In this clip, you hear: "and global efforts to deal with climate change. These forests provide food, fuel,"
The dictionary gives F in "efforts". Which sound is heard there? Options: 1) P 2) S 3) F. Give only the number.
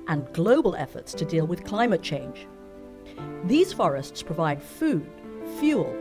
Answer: 3